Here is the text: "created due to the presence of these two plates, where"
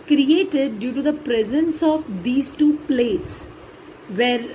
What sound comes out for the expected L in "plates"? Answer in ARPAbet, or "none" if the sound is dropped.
L